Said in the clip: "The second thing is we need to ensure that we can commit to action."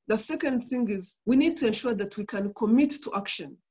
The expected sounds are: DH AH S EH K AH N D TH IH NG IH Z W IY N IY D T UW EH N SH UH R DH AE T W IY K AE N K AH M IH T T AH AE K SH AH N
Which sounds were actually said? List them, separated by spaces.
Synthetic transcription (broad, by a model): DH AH S EH K AH N D TH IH NG IH Z W IY N IY D T UW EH N SH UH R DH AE T W IY K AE N K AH M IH T T AH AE K SH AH N